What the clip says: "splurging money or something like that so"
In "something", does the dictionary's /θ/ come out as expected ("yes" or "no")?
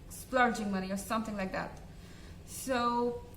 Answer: yes